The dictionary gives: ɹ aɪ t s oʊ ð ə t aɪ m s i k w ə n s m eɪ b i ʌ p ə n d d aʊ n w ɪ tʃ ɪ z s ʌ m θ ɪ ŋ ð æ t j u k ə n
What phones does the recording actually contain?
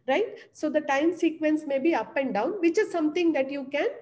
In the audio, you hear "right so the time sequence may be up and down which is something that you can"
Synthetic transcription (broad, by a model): ɹ aɪ t s oʊ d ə t aɪ m s i k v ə n s m eɪ b i ʌ p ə n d d aʊ n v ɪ tʃ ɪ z s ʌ m t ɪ ŋ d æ t j u k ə n